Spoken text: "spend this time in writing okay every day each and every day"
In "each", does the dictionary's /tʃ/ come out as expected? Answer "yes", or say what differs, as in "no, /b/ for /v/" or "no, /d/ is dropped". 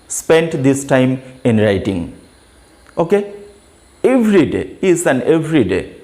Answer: no, /s/ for /tʃ/